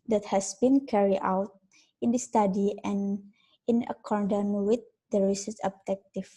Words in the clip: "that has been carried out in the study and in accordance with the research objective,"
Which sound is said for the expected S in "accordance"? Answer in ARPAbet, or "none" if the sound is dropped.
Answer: none